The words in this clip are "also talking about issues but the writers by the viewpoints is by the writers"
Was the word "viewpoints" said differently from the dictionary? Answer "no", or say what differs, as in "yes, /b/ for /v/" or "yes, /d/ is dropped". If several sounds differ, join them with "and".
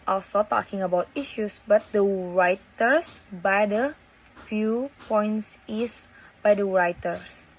yes, /f/ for /v/